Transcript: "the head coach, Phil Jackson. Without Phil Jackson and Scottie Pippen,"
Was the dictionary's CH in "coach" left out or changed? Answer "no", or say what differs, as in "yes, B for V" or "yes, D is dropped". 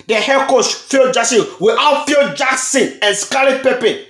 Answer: yes, S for CH